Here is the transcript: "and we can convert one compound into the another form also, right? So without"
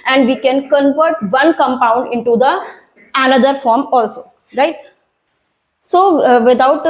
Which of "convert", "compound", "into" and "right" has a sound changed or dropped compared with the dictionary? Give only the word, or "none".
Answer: none